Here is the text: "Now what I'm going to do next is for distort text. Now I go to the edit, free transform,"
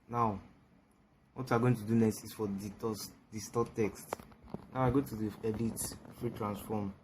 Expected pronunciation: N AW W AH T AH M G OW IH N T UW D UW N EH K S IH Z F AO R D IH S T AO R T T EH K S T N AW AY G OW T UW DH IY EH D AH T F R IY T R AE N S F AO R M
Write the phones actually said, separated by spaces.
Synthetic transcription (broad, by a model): N AW W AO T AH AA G OW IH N T UW D UW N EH S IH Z F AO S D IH S T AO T T EH K S T N AW AY G OW T UW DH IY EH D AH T F R IY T R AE N S F AO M